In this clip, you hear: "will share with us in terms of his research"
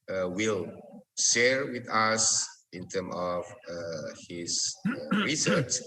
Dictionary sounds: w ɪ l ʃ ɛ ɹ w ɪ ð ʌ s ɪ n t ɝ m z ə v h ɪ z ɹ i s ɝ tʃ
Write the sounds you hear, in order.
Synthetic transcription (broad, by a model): w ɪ l ʃ ɛ ɹ w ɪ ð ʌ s ɪ n t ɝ m ə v h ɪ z ɹ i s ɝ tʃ